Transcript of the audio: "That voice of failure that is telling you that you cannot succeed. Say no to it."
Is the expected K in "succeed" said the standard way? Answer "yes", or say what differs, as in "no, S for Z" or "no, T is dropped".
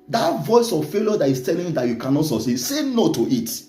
no, K is dropped